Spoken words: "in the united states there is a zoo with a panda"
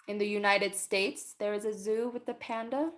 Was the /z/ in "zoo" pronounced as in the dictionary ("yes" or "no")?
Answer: yes